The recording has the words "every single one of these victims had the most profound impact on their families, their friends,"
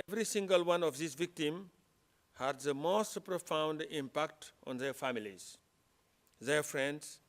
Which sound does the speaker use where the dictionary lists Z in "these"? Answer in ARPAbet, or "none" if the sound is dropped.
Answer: S